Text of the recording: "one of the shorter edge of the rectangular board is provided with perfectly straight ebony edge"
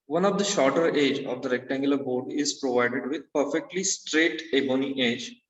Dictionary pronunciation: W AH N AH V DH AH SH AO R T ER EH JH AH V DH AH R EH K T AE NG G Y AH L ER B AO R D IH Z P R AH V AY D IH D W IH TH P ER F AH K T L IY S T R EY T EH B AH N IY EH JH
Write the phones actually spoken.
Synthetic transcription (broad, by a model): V AH N AH V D AH SH AO R T ER EH JH AH V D AH R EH K T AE NG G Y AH L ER B AO R D IH Z P R AH V AY D IH D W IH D P ER F AH K T L IY S T R EY T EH B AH N IY EH JH